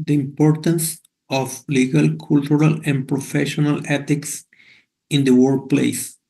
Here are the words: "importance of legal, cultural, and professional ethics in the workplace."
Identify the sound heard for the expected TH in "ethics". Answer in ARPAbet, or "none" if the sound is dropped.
T